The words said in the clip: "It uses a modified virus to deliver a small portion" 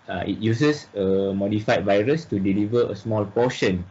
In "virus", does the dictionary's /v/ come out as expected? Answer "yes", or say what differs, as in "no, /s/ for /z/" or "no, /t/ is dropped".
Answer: yes